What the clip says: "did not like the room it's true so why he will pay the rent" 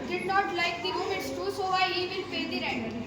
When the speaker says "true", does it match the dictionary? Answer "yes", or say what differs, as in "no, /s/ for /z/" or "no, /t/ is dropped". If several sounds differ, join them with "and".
no, /ɹ/ is dropped